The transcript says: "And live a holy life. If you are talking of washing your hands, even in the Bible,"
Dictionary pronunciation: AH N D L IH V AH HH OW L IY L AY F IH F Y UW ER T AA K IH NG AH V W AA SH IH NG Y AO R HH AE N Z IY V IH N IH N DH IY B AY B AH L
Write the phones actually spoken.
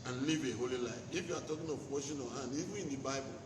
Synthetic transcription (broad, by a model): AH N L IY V AH HH OW L IY L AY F IH F Y UW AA T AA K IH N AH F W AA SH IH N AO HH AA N IY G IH IH N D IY B AY B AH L